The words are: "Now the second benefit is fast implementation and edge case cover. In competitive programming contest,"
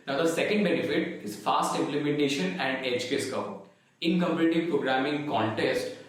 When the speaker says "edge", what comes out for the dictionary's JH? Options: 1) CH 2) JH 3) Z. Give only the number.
1